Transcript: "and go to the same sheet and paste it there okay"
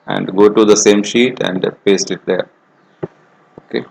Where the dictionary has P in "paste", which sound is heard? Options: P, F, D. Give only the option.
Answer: P